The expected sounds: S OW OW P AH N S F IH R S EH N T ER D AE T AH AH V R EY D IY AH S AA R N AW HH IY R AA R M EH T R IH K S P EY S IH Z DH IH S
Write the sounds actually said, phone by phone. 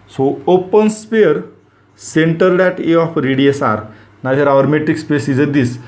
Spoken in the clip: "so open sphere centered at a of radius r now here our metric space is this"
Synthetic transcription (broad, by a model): S OW OW P AH N S P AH R S EH N T ER D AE T AH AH F R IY D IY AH S AA R N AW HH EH R AA R M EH T IH K S P EY S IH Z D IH S